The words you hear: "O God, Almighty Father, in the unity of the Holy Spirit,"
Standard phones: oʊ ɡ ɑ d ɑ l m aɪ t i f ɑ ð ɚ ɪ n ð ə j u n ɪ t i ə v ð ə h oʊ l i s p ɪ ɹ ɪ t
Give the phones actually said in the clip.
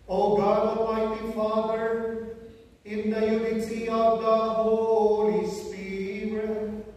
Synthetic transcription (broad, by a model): oʊ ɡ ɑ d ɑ m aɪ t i f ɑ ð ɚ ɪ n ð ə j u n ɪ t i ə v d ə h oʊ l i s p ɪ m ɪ